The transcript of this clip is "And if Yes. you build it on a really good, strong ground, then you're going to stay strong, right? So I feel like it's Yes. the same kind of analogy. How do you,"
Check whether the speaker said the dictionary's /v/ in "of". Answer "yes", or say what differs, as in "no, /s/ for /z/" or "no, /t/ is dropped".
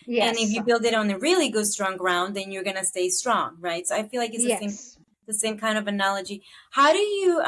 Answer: yes